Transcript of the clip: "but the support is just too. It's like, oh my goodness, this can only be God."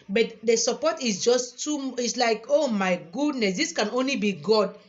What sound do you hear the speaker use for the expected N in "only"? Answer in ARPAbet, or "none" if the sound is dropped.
N